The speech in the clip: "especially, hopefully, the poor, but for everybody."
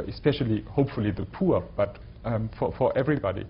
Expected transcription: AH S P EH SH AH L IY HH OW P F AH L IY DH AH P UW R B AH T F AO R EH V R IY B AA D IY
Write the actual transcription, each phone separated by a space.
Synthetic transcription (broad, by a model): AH S P EH SH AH L IY HH OW P F AH L IY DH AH P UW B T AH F F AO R EH V R IY B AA D IY